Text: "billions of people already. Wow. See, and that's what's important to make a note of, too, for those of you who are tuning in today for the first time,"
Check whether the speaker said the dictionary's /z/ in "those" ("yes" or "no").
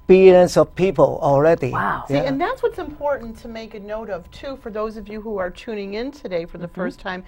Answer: yes